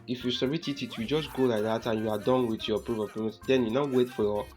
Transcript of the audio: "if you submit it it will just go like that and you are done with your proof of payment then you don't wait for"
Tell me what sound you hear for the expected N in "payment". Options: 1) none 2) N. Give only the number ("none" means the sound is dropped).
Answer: 1